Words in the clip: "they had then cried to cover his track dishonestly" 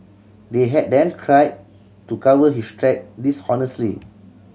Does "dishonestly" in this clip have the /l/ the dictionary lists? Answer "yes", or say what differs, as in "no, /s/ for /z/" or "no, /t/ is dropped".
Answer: yes